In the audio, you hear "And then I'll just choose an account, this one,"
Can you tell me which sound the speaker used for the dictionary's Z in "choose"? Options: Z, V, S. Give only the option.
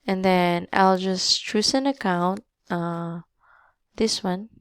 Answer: S